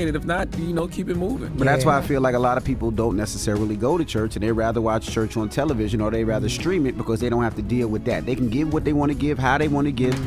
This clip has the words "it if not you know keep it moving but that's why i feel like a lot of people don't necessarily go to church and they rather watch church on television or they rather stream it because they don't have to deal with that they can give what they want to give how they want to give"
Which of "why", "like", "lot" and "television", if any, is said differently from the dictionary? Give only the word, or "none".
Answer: none